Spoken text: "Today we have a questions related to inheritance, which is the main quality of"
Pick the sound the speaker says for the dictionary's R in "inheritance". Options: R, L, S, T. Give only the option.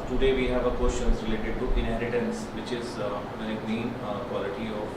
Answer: R